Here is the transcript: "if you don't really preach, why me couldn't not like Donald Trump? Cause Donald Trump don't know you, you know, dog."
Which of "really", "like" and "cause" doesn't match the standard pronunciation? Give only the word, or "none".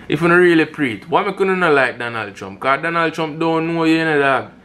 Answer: cause